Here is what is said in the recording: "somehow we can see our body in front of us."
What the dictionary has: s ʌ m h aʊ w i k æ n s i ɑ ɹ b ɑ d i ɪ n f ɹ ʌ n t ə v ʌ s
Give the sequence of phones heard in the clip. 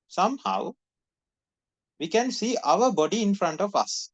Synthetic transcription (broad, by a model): s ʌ m h aʊ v i k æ n s i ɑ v b ɑ d i ɪ n f ɹ ʌ n t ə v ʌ s